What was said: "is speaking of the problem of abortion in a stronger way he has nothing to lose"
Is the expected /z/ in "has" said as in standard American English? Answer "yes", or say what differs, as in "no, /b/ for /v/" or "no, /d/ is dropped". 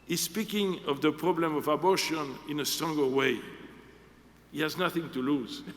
yes